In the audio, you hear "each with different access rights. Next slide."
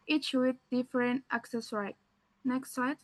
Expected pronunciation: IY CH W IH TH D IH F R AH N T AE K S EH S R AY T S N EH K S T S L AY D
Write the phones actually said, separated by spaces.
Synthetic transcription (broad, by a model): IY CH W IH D D IH F R AH N T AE K S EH S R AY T N EH K S T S AY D